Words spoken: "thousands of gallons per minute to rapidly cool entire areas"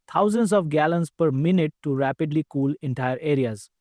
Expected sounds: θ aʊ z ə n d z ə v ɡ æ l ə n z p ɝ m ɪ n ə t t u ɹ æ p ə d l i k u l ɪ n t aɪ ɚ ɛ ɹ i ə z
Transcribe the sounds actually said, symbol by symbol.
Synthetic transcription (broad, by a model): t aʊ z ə n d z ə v ɡ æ l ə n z p ɝ m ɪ n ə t t u ɹ æ p ə d l i k u l ɪ n t aɪ ɚ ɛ ɹ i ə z